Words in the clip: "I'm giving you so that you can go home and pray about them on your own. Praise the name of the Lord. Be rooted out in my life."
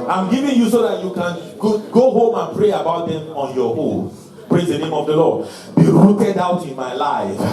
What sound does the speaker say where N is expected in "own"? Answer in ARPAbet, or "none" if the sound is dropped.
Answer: L